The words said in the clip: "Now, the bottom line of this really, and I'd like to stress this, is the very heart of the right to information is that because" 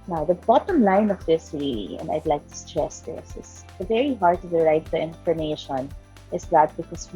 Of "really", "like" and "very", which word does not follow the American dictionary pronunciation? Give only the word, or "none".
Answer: really